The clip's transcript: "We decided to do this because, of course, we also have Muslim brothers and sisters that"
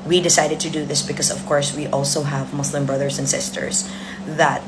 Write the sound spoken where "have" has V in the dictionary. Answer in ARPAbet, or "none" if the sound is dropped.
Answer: V